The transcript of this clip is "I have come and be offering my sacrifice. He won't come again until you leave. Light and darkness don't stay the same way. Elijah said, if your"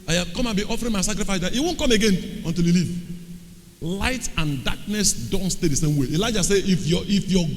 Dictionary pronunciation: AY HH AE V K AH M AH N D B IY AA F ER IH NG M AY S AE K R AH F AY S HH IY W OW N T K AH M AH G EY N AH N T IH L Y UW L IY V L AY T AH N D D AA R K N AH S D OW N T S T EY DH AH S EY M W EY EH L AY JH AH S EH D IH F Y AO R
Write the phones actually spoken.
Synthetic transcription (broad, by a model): AY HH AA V K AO M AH N B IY AA F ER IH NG M AY S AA K R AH F AY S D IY W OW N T K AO M AH G EY N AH N T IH L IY L IY V L AY T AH N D D AA K N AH S D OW N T S T EY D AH S EY M W EY EH L AY JH AH S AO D IH F Y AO